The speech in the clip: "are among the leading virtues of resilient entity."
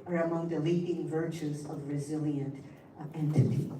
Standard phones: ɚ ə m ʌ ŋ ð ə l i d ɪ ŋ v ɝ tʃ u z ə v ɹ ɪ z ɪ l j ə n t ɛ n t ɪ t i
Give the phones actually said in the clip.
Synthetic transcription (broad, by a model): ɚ ə m ʌ ŋ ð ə l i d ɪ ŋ v ɝ tʃ u z ə v ɹ ɪ z ɪ l j ə n t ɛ n t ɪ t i